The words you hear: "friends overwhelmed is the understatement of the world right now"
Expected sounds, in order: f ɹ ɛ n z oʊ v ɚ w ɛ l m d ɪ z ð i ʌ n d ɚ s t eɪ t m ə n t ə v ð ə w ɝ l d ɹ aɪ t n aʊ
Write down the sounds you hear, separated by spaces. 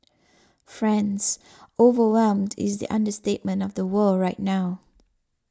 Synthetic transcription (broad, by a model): f ɹ ɛ n z oʊ v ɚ w ɛ l m d ɪ z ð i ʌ n d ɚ s t eɪ t m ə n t ə v ð ə w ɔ ɹ aɪ t n aʊ